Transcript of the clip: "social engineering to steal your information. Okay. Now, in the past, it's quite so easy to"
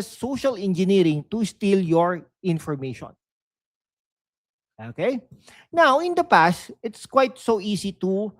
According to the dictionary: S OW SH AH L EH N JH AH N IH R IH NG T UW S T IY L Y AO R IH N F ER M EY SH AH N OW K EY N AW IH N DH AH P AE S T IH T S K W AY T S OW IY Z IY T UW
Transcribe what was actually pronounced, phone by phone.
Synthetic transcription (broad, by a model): S OW SH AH L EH N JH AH N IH R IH NG T UW S T IY L Y AO R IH N F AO M EY SH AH N OW K EY N AW IH N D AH P AE S T IH T S K W AY T S OW IY S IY T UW